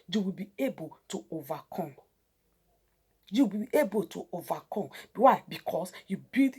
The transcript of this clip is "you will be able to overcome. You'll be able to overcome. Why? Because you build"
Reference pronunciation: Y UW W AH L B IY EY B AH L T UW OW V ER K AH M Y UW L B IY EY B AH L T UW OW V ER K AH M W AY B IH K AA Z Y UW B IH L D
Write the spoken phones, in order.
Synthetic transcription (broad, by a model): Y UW W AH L B IY EY B AH L T UW OW V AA K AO M Y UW B IY EY B AH L T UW OW V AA K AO M W AY B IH K AA S Y UW B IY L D